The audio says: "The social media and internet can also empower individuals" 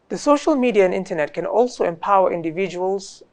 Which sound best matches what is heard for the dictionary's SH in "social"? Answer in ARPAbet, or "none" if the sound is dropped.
SH